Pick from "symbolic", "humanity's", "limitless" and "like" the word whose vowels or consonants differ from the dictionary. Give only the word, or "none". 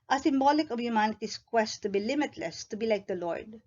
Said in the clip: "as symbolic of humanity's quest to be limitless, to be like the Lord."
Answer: humanity's